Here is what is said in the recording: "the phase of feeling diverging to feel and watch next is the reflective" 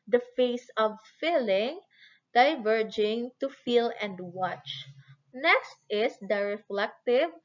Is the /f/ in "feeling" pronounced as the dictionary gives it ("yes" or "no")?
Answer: yes